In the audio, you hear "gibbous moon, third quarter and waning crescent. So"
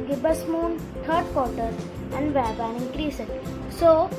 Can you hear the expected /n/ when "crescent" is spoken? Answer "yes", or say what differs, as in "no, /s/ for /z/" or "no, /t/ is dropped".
no, /n/ is dropped